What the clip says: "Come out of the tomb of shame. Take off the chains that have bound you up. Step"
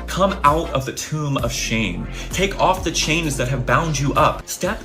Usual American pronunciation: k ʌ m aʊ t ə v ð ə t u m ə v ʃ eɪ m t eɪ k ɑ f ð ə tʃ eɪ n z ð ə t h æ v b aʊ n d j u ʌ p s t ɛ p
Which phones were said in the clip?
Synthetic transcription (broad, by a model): k ʌ m aʊ t ə v ð ə t u m ə v ʃ eɪ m t eɪ k ɑ f ð ə tʃ eɪ n z ð ə t h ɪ v b aʊ n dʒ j ʌ p s t ɛ p